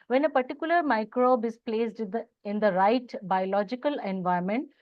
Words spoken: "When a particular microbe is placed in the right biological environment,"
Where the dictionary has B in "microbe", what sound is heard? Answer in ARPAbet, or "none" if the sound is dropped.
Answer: B